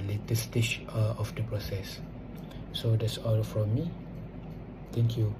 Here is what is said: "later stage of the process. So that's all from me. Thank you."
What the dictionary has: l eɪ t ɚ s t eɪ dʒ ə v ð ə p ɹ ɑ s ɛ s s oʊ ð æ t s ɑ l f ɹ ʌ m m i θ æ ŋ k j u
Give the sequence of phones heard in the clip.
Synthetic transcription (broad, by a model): l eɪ t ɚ s t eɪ tʃ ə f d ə p ɹ ɑ s ɛ s s oʊ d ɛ t s ɑ l f ɹ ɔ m m i t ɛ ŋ k j u